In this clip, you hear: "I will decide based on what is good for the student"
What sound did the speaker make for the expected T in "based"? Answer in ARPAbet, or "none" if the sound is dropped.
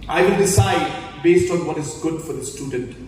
T